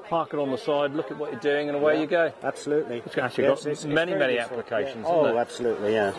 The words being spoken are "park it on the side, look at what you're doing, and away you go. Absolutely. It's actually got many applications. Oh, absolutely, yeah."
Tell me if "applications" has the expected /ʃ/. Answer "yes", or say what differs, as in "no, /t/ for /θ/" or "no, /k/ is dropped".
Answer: yes